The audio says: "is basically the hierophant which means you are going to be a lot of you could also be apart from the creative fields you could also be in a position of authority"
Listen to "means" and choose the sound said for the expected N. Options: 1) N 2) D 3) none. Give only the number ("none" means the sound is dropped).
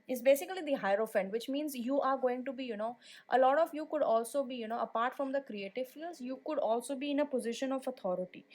1